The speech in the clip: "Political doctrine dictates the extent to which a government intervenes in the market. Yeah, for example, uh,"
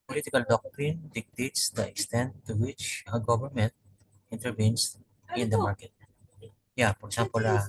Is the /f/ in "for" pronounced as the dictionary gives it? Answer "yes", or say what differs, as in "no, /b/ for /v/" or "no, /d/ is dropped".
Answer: no, /p/ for /f/